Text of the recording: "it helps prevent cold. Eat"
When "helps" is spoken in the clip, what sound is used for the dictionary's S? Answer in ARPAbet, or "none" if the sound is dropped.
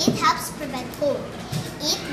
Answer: S